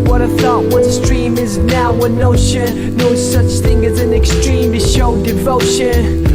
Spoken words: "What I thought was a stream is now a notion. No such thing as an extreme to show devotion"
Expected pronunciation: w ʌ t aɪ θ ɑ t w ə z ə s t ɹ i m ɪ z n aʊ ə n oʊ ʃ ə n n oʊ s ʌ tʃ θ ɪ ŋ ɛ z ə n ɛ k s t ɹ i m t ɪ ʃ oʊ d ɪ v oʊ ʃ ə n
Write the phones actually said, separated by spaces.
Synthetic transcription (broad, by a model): w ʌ t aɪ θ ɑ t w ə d s t ɹ i m ɪ z n aʊ ə n oʊ ʃ ə n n oʊ s ʌ tʃ θ ɪ ŋ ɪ z ə n ɛ k s t ɹ i m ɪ ʃ oʊ d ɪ v oʊ ʃ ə n